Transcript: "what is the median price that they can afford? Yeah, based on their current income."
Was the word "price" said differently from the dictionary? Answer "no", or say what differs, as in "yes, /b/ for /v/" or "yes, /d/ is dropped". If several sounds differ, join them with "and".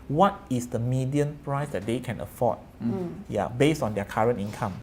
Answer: no